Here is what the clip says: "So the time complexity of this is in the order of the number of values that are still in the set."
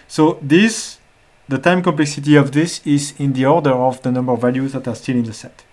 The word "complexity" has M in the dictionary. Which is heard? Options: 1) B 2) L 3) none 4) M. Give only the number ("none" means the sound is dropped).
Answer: 4